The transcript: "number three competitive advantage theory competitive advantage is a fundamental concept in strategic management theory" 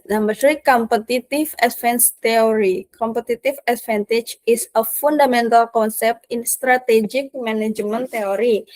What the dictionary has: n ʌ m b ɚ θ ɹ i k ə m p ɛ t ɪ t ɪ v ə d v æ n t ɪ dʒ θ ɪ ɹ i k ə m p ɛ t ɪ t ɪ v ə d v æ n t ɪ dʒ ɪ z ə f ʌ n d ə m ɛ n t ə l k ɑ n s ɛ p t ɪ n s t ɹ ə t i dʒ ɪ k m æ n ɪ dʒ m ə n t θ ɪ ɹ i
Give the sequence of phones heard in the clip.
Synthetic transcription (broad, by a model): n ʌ m b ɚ s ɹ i k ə m p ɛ t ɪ t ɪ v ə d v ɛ n t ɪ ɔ ɹ i k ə m p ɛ t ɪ t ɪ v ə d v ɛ n t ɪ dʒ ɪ s ə f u n d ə m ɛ n t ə l k ɑ n s ɛ p t ɪ n s t ɹ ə t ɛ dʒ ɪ k m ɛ n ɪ dʒ m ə n t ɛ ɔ ɹ i